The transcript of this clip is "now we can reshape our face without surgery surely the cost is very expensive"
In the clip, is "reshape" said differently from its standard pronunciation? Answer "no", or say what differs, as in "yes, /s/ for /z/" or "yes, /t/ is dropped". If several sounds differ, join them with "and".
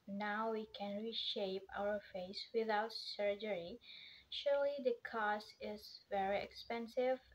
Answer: no